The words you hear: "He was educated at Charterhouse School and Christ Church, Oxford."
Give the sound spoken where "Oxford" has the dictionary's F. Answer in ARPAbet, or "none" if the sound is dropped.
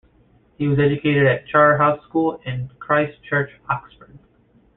F